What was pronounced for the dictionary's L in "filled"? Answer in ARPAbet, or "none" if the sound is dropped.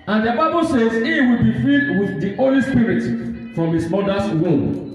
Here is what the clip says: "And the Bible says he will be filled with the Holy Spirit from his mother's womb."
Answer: none